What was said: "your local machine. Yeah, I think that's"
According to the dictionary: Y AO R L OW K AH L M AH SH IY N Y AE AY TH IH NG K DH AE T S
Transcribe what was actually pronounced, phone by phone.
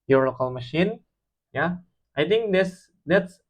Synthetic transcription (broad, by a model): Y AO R L OW K AH L M AH SH IY N Y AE AY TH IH NG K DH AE T S